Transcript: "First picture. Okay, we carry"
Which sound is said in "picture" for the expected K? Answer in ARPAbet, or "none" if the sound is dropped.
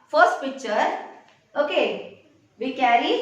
K